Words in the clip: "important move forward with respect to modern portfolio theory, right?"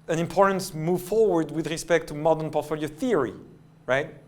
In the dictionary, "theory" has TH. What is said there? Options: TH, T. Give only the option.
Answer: TH